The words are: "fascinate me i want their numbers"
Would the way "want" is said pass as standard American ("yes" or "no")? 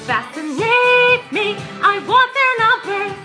no